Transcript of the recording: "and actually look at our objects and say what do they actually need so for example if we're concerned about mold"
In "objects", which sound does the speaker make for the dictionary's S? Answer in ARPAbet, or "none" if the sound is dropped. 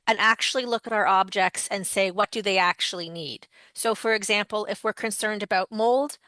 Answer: S